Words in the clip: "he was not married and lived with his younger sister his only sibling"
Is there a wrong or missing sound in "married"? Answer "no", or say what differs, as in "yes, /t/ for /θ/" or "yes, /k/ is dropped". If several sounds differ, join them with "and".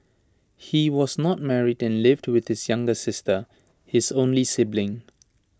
no